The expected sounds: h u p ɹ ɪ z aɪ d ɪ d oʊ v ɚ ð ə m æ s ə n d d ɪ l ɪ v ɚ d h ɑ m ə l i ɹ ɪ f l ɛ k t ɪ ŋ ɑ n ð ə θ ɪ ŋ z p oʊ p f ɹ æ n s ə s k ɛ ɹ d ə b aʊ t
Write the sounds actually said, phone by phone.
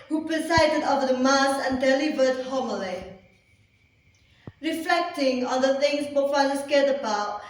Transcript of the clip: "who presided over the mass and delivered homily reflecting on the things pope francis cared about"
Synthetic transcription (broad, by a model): h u p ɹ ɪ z aɪ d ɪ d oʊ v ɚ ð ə m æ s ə n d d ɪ l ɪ v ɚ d h ɑ m ə l i ɹ ɪ f l ɛ k t ɪ ŋ ɑ n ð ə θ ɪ ŋ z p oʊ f ɑ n ə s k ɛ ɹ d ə b aʊ t